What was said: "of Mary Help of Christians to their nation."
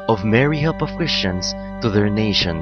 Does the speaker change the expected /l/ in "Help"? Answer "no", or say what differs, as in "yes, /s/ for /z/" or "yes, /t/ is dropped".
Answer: yes, /l/ is dropped